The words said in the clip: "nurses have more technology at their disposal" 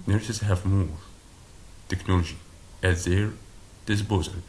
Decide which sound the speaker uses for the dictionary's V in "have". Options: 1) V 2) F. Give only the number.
1